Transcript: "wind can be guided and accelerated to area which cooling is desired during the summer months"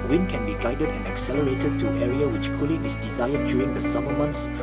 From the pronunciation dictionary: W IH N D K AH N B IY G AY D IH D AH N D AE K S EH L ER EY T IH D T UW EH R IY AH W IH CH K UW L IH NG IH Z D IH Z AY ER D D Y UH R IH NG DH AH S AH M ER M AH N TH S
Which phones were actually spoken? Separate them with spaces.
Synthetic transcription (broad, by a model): W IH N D K AH N B IY G AY D IH D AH N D AE K S EH L ER EY T IH D T UW EH R IY AH W IH CH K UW L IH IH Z D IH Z AY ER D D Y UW R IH NG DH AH S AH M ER M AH N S